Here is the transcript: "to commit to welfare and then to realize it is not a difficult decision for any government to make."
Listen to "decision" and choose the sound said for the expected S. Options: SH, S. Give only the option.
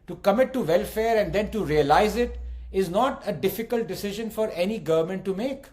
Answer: S